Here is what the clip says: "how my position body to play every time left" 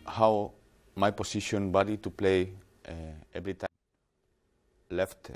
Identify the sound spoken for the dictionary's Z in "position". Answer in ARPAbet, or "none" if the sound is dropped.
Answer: S